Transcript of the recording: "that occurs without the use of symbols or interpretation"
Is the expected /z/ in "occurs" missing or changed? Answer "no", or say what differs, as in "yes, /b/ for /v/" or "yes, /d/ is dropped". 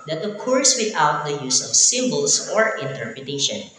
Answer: yes, /s/ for /z/